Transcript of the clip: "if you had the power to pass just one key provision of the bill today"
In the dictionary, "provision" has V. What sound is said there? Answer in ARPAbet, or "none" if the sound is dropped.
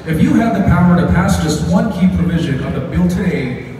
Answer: V